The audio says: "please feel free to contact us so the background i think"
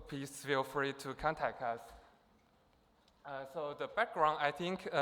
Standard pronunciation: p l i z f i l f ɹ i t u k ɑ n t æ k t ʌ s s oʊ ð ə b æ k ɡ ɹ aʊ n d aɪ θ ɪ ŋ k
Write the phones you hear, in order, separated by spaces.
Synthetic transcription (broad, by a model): p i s f i l f ɹ i t u k ɑ n t æ k t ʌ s s oʊ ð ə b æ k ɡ ɹ aʊ n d aɪ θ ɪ ŋ k